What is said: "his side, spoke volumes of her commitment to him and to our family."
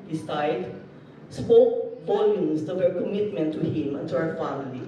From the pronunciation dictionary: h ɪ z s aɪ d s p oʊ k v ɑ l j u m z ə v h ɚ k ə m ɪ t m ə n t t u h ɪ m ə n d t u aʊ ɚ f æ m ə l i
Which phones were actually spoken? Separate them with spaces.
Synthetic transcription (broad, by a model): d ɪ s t aɪ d s p oʊ k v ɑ l j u m s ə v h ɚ k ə m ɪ t m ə n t t u h ɪ m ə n t u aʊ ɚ f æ m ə l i